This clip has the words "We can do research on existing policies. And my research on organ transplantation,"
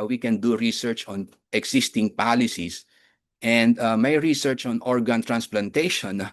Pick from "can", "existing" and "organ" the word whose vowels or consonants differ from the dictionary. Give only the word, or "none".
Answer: existing